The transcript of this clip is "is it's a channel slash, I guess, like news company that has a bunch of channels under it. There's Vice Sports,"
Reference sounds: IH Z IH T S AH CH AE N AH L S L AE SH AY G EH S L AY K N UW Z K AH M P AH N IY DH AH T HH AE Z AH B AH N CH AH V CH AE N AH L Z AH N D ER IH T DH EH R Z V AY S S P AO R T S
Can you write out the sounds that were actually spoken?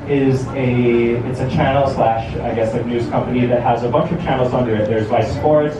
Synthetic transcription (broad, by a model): IH Z IH T S AH CH AE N L S L AE SH AY G EH S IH N UW Z K AH M P AH N IY DH AH T HH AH Z AH B AH N CH AH V CH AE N L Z AH N D ER IH T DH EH R Z B AY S S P AO R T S